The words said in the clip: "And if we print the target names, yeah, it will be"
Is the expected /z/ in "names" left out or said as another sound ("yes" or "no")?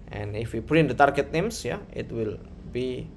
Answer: yes